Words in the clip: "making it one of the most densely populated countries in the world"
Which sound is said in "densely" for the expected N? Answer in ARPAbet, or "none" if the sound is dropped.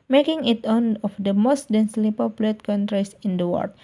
N